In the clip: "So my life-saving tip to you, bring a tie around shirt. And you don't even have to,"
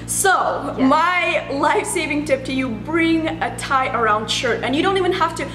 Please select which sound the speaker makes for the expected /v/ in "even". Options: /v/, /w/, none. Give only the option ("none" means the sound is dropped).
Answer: /v/